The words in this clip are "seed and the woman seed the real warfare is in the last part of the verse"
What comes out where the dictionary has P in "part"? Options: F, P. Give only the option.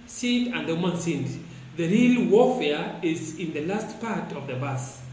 P